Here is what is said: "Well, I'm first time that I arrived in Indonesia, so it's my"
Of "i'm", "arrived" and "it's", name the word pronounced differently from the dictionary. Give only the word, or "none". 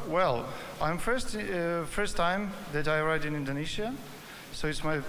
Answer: arrived